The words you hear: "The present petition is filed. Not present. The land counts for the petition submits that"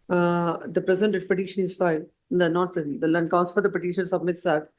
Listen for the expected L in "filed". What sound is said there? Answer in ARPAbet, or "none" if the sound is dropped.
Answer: N